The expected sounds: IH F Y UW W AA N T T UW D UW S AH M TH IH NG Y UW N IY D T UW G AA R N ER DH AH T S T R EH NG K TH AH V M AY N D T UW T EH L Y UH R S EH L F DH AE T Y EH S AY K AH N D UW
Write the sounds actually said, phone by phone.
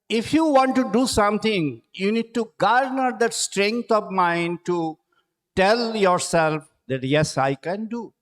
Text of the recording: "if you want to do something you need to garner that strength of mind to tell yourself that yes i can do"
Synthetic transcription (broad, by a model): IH F Y UW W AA N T T UW D UW S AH M T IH NG Y UW N IY D T UW G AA R N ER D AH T S T R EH NG K T AH V M AY N D T UW T EH L Y UH R S EH L F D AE T Y EH S AY K AH N D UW